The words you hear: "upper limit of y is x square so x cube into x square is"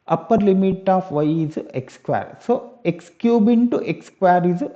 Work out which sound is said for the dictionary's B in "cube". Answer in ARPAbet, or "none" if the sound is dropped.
B